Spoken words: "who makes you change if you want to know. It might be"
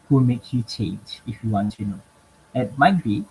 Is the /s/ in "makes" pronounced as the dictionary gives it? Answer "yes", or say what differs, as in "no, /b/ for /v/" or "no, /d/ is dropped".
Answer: no, /s/ is dropped